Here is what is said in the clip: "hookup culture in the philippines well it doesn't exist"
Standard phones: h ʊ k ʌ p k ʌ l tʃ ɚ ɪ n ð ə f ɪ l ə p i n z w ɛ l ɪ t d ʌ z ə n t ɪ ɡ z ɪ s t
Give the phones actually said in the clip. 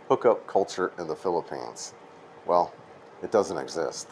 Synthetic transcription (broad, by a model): h ʊ k ʌ p k ʌ l tʃ ɚ ɪ n ð ə f ɪ l ə p i n z w ɛ l ɪ t d ʌ z ə n t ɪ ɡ z ɪ s t